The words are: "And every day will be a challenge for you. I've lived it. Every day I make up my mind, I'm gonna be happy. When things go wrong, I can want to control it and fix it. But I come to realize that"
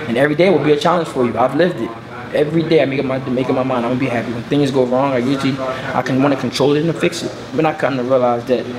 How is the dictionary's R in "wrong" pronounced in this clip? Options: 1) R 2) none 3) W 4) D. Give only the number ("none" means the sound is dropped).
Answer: 1